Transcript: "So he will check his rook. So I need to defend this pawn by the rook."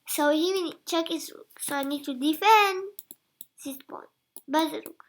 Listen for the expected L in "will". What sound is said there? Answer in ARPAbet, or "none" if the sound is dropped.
N